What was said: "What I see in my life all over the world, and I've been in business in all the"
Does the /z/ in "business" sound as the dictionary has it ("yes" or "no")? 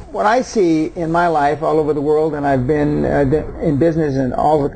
yes